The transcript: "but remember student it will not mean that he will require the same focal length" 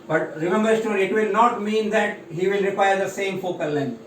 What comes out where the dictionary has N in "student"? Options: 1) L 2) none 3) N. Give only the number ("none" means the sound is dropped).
2